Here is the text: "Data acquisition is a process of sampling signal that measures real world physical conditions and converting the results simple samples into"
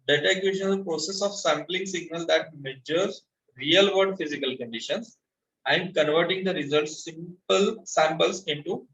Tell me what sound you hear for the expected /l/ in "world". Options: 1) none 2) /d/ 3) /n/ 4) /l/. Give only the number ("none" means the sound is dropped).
1